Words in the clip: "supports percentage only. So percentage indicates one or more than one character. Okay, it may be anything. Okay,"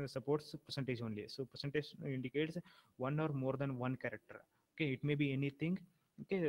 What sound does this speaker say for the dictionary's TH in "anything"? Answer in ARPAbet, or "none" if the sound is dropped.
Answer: T